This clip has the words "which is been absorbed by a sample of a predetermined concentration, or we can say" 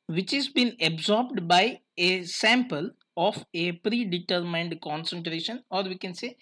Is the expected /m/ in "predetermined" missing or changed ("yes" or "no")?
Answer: no